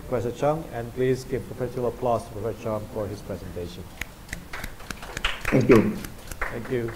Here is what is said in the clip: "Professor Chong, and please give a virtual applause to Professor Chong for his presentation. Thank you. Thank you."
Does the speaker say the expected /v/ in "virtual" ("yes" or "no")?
no